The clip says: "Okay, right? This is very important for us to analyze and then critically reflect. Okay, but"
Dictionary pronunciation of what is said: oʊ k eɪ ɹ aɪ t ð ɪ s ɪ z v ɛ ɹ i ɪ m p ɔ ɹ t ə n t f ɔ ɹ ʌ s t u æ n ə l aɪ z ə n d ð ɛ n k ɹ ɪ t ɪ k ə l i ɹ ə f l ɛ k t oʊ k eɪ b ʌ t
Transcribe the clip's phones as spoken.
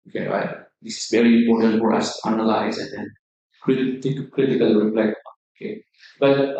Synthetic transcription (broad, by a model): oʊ k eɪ ɹ aɪ t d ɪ s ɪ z v ɛ ɹ i ɪ m p ɔ ɹ t ə n t f ɔ ɹ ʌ s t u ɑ n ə l aɪ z ə n d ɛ n k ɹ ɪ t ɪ k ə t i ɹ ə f l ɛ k oʊ k eɪ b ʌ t